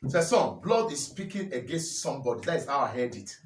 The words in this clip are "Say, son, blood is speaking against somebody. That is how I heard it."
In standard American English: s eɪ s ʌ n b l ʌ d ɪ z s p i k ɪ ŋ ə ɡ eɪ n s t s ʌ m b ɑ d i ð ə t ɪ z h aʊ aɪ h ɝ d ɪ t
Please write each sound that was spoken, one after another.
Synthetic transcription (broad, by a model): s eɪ s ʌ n b l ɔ d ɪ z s p i k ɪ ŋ ə ɡ eɪ n s t s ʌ m b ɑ d i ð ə t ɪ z h aʊ aɪ h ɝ d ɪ t